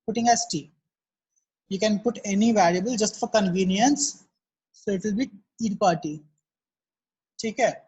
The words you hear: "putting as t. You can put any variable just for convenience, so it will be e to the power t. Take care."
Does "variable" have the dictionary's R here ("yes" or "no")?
no